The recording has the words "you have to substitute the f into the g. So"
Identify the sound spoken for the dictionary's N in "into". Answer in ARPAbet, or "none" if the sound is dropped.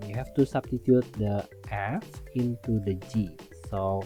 N